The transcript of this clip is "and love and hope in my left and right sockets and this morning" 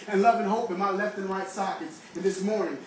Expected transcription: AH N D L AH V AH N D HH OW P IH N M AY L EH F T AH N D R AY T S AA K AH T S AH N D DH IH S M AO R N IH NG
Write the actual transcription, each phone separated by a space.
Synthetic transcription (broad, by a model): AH N L AH V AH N HH OW P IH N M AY L EH F T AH N R AY T S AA K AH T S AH N DH IH S M AO R N IH NG